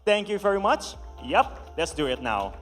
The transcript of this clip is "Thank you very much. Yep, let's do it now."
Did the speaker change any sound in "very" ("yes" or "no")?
no